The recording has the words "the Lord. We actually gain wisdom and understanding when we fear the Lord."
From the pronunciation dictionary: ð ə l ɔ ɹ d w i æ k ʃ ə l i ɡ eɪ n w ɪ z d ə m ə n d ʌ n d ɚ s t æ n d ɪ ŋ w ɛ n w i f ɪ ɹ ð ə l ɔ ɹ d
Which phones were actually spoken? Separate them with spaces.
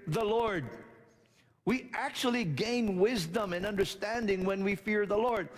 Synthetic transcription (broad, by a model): ð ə l ɔ ɹ d w i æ k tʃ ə l i ɡ eɪ n w ɪ z d ə m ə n ʌ n d ɚ s t æ n d ɪ ŋ w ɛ n w i f ɪ ɹ ð ə l ɔ ɹ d